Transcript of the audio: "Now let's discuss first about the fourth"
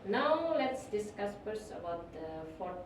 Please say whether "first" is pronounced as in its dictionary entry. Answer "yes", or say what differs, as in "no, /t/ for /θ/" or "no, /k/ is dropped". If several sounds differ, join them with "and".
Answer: no, /p/ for /f/ and /t/ is dropped